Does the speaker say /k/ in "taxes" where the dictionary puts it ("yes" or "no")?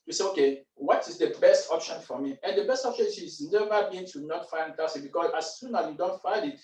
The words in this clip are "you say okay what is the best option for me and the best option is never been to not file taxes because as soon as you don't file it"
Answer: no